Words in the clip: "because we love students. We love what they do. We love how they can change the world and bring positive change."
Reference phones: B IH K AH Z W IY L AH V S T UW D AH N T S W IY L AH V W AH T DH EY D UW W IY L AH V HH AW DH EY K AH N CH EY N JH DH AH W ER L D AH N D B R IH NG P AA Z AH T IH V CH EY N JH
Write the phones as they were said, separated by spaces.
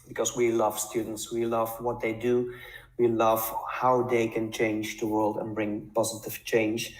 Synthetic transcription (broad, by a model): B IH K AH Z W IY L AH V S T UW D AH N T S W IY L AH V W AH T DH EY D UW W IY L AH V HH AW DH EY K AH N CH EY N JH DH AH W ER L D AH N B R IH NG P AA Z AH T IH V CH EY N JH